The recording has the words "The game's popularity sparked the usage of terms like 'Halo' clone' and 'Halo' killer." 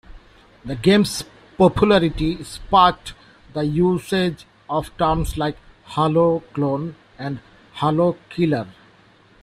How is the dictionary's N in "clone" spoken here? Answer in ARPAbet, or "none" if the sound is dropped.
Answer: N